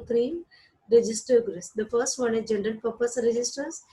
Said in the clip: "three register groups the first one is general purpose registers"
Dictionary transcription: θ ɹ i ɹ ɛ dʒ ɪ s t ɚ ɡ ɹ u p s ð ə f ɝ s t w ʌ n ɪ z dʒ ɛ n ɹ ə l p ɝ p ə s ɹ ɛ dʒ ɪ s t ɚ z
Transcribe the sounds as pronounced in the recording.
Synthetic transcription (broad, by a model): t ɹ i ɹ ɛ dʒ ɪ s t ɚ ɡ ɹ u s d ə f ɝ s t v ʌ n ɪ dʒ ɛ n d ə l p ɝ p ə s ɹ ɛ dʒ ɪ s t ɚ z